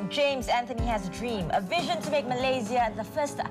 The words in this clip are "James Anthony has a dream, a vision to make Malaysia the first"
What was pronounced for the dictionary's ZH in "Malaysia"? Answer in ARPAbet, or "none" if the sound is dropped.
Z